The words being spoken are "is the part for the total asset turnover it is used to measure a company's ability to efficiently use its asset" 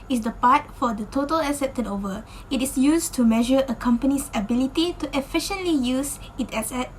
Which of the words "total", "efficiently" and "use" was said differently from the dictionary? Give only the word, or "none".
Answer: none